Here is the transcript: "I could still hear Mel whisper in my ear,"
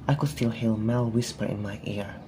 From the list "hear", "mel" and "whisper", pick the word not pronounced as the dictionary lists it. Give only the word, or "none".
hear